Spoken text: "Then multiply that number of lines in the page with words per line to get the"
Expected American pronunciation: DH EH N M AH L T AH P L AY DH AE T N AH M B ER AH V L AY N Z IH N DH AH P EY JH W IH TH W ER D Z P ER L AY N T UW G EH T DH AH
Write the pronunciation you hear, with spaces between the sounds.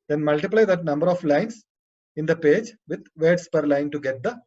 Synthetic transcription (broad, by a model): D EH N M AH L T AH P L AY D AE T N AH M B ER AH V L AY N S IH N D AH P EY JH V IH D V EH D S P ER L AY N T UW G EH T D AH